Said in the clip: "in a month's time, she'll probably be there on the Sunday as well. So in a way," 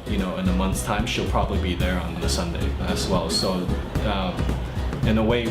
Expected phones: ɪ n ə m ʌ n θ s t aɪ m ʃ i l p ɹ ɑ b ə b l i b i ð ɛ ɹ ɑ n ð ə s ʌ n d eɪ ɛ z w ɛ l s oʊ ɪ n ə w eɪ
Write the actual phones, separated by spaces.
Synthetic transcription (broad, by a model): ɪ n ə m ʌ n θ s t aɪ m ʃ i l p ɹ ɑ b ə b l i b i ð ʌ ɹ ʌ n ð ə s ʌ n d eɪ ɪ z w ɛ l s oʊ ɪ n ə w eɪ